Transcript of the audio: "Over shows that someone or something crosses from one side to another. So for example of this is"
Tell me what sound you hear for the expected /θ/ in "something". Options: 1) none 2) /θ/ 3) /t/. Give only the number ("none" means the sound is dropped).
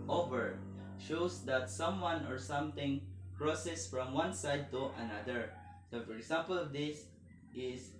3